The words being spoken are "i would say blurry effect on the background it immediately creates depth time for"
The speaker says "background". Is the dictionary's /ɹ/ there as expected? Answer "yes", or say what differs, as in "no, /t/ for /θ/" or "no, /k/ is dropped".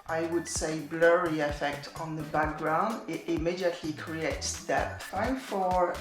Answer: yes